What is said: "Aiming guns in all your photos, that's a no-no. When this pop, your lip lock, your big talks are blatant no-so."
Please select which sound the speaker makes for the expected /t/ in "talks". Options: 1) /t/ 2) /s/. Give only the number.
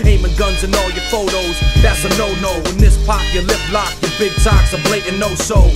2